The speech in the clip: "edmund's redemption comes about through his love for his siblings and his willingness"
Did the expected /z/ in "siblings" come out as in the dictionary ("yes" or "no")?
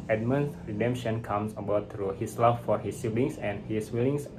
no